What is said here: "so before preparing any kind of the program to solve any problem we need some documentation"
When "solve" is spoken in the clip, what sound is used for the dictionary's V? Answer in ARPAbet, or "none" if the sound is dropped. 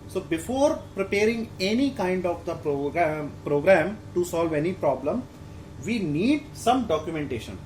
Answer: V